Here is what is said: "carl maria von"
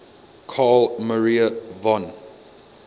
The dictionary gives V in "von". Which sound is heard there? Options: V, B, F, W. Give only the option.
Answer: V